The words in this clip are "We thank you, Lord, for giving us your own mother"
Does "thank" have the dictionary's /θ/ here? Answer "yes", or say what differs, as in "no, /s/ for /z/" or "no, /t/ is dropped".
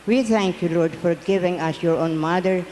no, /t/ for /θ/